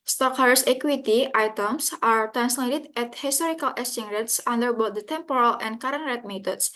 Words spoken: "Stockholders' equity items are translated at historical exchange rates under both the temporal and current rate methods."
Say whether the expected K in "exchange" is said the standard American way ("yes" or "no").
no